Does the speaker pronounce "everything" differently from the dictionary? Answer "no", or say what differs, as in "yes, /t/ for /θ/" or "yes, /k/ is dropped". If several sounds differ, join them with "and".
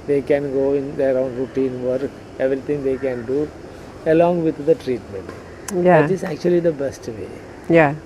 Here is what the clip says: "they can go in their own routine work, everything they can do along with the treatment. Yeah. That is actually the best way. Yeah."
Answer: yes, /t/ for /θ/